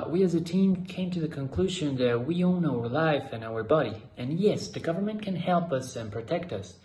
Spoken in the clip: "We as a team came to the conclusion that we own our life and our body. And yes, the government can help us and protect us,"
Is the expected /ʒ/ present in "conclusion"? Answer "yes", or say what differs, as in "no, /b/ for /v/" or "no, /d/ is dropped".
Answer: yes